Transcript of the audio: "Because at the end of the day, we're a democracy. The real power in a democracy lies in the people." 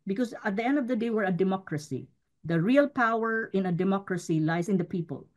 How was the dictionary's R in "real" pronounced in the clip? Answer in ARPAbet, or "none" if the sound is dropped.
R